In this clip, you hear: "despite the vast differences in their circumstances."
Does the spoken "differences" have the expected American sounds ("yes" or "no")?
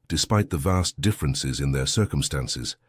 yes